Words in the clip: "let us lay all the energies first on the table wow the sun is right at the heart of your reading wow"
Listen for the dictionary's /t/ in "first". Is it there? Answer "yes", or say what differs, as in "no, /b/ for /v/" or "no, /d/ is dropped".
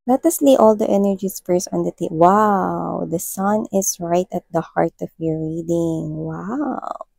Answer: no, /t/ is dropped